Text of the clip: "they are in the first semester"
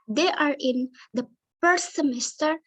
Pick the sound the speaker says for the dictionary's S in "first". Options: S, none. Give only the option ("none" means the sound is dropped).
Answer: none